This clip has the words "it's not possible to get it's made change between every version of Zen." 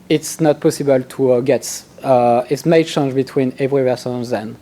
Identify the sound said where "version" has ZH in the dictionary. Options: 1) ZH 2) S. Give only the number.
2